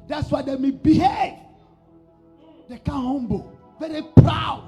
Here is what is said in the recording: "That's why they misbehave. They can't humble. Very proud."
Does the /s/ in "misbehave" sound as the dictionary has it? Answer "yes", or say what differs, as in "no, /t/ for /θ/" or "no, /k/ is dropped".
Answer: no, /s/ is dropped